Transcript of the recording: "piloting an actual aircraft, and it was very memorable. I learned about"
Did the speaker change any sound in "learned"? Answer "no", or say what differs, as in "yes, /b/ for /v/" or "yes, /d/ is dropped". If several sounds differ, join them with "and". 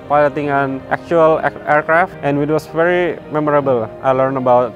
yes, /d/ is dropped